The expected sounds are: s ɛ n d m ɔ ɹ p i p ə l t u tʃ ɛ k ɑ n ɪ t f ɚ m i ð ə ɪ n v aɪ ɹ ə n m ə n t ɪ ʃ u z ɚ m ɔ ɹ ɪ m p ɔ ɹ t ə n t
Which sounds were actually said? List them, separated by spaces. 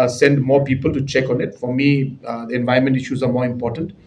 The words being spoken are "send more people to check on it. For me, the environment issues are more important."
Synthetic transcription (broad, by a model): s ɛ n d m ɔ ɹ p i p ə l t u tʃ ɛ k ɑ n ɪ t f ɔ m i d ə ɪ n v aɪ ə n m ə n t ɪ ʃ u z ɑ m ɔ ɹ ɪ m p ɔ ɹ t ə n t